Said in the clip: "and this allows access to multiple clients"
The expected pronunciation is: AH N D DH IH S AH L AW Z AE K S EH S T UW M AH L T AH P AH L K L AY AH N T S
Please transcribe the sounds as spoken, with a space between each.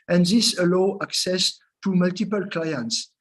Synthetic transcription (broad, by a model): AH N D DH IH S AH L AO AE K S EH S T UW M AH L T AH P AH L K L AY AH N T S